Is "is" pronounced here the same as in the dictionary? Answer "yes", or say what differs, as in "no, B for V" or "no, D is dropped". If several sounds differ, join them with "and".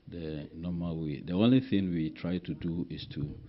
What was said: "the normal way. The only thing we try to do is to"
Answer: no, S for Z